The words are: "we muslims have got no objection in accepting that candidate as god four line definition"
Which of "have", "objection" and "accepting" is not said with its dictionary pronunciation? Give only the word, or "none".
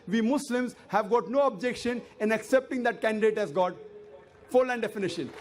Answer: none